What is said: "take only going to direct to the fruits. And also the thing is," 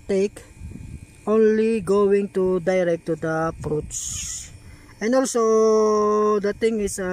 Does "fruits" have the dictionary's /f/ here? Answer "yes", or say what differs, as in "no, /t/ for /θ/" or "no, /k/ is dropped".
no, /p/ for /f/